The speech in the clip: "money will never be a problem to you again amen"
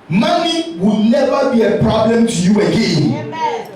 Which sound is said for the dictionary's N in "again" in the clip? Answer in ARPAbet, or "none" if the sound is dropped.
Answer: none